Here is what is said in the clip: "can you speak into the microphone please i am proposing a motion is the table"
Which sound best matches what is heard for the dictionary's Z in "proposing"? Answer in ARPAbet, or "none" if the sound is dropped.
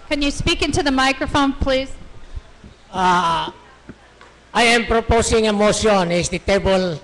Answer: S